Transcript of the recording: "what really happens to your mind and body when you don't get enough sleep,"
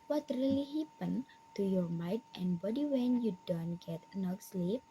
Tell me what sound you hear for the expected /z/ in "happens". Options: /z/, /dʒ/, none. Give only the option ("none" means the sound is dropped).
none